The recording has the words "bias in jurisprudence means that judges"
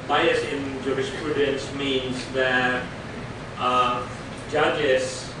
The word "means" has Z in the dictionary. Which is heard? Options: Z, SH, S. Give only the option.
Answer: Z